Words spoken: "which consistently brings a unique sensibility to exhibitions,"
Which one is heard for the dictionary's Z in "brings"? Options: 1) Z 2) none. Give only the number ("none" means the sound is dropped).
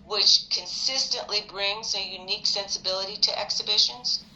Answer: 1